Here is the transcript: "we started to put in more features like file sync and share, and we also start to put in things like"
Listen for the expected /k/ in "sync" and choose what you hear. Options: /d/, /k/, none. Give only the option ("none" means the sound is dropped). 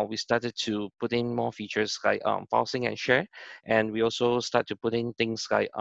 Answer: none